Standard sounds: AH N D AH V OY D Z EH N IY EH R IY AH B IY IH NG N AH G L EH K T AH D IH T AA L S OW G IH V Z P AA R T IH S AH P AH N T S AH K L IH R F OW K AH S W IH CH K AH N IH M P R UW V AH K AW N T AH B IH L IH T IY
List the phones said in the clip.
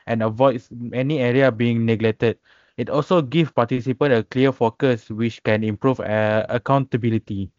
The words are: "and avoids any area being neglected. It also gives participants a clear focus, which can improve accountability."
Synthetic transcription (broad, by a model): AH N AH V OY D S EH N IY EH R IY AH B IY IH NG N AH G L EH K T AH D IH T AA L S OW G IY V P AA T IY S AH P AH N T AH K L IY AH F OW K AH S W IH CH K AH N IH M P R UW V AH K AW N T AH B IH L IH T IY